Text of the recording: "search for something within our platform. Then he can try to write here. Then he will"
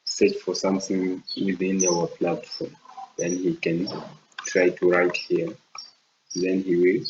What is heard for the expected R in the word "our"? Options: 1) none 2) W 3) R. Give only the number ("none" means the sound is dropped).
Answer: 2